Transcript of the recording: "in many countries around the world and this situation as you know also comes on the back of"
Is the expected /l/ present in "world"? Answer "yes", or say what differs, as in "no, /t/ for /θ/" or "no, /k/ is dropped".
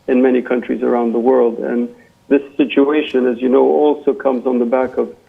yes